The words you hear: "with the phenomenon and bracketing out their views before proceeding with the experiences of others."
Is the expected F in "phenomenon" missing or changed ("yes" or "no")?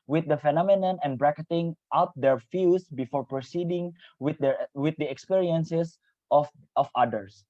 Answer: no